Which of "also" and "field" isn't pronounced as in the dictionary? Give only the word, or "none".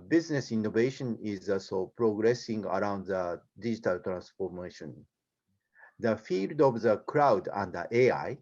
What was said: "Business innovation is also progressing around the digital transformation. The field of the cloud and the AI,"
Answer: none